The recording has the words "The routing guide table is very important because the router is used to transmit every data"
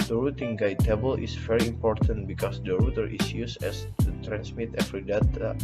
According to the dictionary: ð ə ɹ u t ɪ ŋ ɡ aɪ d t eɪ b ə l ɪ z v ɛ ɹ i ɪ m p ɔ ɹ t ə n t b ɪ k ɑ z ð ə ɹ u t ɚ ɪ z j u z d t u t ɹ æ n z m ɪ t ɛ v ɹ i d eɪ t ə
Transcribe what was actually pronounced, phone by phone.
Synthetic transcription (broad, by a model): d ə ɹ u t ɪ ŋ ɡ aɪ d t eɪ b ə l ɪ s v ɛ ɹ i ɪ m p ɔ ɹ t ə n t b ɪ k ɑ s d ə ɹ u t ɚ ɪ s j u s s t u t ɹ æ n s m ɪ t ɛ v ɹ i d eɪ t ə